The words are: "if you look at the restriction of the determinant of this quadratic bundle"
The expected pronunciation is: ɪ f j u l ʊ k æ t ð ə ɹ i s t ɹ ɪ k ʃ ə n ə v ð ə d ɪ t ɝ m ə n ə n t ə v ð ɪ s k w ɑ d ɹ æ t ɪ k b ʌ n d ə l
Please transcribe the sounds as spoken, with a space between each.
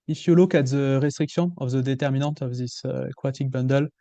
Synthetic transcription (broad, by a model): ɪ f j u l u k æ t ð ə ɹ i s t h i k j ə ə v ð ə d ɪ t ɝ m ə n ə t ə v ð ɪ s k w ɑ t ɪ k b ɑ n d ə l